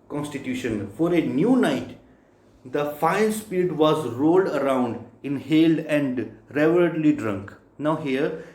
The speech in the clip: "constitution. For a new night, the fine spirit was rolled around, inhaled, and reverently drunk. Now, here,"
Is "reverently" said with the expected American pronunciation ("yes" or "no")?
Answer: no